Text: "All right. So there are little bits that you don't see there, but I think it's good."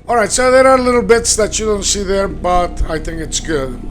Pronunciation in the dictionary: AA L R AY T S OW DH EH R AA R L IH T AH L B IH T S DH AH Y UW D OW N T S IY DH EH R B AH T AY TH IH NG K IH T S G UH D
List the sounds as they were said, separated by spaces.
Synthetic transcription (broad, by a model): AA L R AY T S OW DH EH R AA R L IH T L B IH T S DH AH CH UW D OW N T S IY DH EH R B AH T AY TH IH NG K IH T S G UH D